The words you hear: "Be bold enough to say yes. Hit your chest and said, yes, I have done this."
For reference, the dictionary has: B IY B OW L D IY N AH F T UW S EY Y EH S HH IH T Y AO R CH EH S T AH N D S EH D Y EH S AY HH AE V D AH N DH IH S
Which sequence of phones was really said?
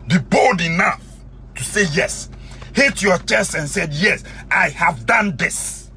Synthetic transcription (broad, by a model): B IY B OW L D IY N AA F T UW S EY Y EH S HH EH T Y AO CH EH S T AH N S EH D Y EH S AY HH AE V D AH N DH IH S